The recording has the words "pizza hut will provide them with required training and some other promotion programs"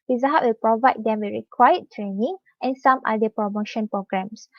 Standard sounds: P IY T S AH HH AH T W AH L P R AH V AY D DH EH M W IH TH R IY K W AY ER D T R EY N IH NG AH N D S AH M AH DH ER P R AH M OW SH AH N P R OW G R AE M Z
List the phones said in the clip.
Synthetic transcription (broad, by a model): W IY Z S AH HH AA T W AH L P R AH V AY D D EH M W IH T R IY K W AY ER T R EY N IH NG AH N S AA M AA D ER P R AH M OW SH AH N P R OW G R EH M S